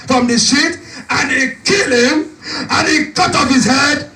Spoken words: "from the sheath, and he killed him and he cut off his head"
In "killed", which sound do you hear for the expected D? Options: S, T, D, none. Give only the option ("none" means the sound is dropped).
none